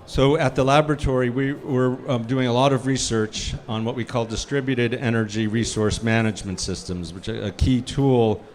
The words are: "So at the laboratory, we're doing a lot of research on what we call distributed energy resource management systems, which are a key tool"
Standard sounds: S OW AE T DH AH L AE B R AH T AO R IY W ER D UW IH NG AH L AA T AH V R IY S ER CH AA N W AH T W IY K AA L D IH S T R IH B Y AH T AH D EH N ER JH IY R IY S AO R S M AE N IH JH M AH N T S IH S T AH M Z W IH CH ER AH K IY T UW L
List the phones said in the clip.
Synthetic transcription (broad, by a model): S OW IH T DH AH L AE B R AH T AO R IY W ER D UW IH NG AH L AA T AH V R IY S ER CH N W AH T W IY K AA L D IH S T R IH B Y AH T AH D EH N ER JH IY R IY S AO R S M AE N IH JH M AH N T S IH S T AH M Z W IH CH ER AH K IY T UW L